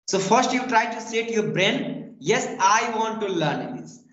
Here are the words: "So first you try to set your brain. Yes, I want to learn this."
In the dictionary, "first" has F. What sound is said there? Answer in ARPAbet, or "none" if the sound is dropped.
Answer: F